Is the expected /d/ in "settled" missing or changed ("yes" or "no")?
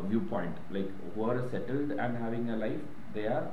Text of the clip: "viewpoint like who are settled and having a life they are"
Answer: no